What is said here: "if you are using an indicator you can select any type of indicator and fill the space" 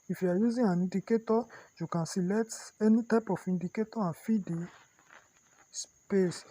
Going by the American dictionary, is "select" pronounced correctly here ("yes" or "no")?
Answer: no